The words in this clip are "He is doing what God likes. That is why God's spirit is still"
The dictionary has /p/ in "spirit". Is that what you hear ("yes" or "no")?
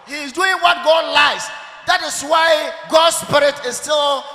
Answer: yes